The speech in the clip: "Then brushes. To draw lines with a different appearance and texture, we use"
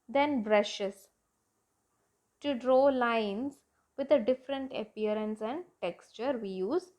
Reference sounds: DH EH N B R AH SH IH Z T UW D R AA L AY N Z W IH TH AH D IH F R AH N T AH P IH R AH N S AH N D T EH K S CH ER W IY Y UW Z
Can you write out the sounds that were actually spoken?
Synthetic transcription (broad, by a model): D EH N B R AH SH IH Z T UW D R AA L AY N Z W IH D AH D IH F R AH N T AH P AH R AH N S AH N D T EH K S CH ER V IY Y UW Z